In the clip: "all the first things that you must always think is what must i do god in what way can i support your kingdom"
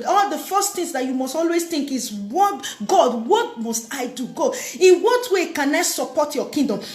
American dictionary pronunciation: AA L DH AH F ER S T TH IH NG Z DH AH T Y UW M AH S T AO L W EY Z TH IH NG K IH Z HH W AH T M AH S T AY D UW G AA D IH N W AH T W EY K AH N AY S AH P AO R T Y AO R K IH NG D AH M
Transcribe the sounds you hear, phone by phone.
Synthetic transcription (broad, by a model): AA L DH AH F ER S T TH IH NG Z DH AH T Y UW M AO S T AO L W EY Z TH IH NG K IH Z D W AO T M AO S T AY D UW G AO IH N W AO T W EY K AH N AY S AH P AO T Y AO K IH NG D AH M